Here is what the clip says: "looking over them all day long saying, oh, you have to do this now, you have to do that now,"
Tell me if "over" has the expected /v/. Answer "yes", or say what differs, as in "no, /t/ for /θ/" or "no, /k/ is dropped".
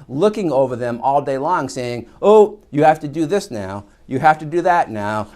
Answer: yes